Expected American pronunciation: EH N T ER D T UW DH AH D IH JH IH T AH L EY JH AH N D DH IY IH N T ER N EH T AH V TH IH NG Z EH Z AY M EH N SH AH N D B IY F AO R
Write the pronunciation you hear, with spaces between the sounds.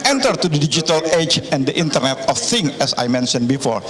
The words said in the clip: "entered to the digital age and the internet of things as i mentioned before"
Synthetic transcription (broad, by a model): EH N T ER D T UW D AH D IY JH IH T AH L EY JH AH N D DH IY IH N T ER N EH T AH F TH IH NG EH S AY M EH N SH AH N B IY F AO R